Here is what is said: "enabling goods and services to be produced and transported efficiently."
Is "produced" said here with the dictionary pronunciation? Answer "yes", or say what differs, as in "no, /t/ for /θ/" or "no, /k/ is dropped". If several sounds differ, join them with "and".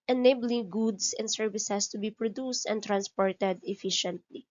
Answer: yes